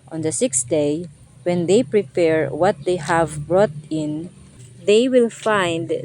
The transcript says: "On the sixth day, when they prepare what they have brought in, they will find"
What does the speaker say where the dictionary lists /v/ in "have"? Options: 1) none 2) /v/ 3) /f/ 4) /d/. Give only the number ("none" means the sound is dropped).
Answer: 2